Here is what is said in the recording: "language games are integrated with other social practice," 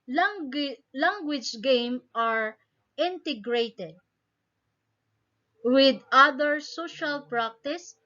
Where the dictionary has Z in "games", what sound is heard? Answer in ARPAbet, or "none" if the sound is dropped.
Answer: none